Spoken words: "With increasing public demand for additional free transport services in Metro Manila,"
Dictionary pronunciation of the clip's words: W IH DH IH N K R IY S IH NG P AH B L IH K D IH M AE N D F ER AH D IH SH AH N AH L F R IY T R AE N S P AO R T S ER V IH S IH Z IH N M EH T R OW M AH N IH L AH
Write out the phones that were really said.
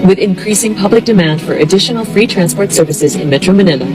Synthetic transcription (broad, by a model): W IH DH IH N K R IY S IH NG P AH B L IH K D IH M AE N D F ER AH D IH SH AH N L F R IY T R AE N S P AO R T S ER V IH S IH Z IH N M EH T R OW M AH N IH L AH